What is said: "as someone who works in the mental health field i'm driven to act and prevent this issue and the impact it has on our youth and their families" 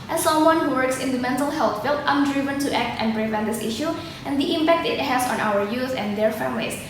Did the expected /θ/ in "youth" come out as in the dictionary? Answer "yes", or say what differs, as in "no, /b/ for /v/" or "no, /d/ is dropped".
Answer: no, /s/ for /θ/